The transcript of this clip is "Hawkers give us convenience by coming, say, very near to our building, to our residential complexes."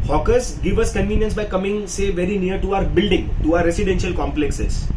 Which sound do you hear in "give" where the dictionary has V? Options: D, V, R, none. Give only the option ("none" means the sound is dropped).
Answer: V